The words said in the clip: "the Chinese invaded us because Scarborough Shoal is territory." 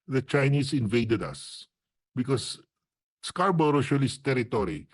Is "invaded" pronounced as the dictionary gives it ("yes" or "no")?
yes